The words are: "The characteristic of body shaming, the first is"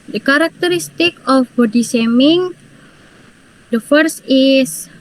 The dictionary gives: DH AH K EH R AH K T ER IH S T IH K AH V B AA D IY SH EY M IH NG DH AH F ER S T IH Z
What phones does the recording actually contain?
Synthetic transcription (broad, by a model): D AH K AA R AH K T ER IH S T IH K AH F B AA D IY S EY M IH NG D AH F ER S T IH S